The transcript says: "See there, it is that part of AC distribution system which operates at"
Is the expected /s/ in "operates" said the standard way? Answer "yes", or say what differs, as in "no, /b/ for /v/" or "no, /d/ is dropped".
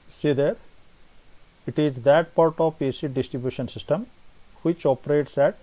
yes